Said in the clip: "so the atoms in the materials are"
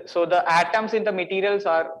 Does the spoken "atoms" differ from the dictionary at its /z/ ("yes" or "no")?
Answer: yes